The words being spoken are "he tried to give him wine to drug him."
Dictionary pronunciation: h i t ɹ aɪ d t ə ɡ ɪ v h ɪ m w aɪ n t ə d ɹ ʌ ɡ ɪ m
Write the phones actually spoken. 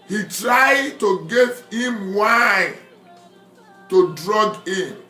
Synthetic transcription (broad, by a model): h i t ɹ aɪ d t ə ɡ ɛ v h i m w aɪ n t ə d ɹ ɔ ɡ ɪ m